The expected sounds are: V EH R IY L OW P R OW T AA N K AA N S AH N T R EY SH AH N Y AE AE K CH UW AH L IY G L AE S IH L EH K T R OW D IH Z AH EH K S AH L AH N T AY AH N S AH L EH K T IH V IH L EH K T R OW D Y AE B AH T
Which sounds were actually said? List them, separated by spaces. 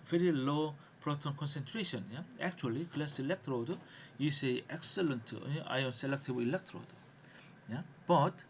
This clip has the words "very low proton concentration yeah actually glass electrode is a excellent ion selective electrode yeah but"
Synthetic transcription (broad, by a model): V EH R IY L OW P R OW T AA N K AA N S AH N T R EY SH AH N Y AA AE K CH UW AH L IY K L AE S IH L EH K T R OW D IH S AH EH K S AH L AH N T AY AH N S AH L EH K T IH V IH L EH K T R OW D Y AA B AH T